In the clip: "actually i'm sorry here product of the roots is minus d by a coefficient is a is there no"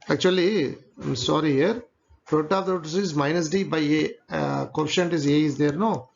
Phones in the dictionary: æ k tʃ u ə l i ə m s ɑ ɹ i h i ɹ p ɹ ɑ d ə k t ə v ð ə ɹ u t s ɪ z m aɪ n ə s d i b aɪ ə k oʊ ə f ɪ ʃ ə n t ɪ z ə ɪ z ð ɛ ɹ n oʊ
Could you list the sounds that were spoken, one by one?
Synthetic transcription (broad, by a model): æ k tʃ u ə l i ə m s ɑ ɹ i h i ɹ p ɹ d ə t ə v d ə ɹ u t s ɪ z m aɪ n ə s d i b aɪ ə k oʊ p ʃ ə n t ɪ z ə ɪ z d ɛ ɹ n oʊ